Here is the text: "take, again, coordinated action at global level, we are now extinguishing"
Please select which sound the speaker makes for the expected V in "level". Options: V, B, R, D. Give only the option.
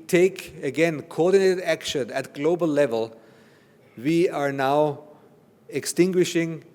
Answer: V